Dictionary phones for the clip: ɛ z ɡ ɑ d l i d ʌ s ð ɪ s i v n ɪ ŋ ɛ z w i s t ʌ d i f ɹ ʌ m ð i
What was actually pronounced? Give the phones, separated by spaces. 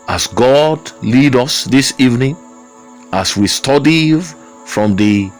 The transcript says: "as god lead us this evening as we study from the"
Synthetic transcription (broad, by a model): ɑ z ɡ ɑ d l i d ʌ s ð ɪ s i v n ɪ ŋ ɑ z w i s t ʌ d i f ɹ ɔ m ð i